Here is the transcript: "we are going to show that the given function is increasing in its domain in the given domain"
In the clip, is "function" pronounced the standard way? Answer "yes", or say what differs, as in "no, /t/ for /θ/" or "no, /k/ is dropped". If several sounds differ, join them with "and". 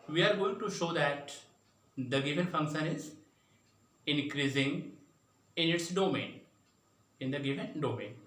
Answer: yes